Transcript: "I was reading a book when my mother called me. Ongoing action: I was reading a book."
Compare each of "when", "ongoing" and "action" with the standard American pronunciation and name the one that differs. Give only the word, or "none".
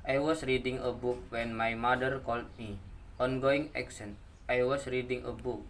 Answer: action